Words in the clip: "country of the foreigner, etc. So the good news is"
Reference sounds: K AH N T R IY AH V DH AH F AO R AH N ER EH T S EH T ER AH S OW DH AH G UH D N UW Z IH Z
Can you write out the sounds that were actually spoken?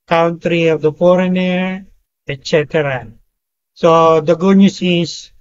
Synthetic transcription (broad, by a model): K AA N T R IY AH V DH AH F AO R AH N ER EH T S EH T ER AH S OW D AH G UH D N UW S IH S